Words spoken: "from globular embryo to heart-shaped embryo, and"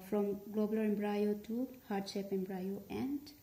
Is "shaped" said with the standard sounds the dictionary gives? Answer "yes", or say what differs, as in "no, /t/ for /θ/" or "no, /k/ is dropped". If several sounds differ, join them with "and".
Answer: no, /t/ is dropped